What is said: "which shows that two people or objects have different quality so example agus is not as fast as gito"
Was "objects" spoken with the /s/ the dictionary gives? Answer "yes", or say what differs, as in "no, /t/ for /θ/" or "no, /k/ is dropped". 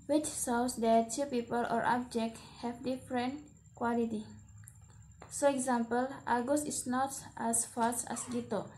no, /s/ is dropped